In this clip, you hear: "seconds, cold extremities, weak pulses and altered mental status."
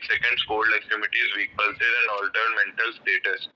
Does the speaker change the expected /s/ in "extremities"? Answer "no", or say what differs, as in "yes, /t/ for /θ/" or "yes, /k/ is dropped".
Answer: yes, /s/ is dropped